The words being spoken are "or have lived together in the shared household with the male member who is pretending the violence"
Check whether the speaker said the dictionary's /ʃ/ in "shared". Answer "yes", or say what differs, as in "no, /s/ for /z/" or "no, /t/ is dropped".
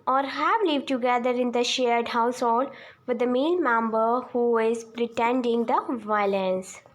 yes